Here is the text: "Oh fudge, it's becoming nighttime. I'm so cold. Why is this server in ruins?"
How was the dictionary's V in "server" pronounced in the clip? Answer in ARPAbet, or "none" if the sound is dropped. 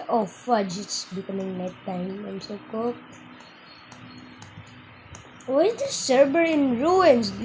B